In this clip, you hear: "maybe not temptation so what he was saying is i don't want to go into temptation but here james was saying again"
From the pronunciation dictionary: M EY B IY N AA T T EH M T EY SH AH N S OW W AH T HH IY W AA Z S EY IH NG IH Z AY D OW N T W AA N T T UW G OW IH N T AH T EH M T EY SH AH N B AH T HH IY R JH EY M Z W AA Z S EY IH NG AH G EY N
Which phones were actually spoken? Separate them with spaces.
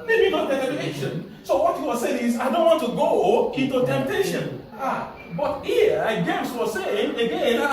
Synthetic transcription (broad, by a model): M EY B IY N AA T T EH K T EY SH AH N S OW W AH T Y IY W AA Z S EY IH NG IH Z AY D OW N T W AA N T T UW G OW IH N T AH T EH M T EY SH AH N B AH T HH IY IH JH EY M S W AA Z S EY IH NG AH G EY N